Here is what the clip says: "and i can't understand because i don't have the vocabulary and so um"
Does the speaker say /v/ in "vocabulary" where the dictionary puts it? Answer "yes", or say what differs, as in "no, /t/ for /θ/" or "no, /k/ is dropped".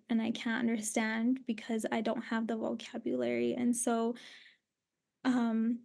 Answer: yes